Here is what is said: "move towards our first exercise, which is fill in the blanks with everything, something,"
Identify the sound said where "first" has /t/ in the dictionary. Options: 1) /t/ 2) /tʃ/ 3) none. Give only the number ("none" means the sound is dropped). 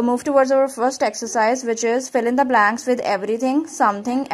1